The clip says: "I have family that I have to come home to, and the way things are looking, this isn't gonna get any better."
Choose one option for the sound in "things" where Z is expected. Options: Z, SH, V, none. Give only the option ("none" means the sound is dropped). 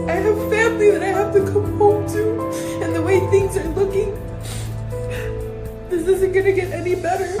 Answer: Z